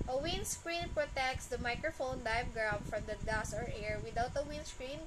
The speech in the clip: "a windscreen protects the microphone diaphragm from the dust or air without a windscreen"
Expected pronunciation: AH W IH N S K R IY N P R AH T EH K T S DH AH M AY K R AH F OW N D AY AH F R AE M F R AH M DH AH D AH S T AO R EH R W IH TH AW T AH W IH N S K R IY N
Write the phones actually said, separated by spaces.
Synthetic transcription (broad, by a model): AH W IH N S K R IY N P R AH T EH K T S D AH M AY K R AH F OW N D AY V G R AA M F R AH M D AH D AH S AO R EH R W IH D AW T AH W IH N S K R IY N